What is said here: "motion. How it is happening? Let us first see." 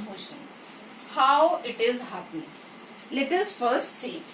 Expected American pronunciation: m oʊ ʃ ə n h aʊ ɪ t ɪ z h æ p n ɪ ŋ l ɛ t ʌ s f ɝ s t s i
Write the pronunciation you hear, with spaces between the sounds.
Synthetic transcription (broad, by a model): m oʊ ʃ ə n h aʊ ɪ t ɪ z h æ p ɪ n l ɛ t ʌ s f ɝ s t s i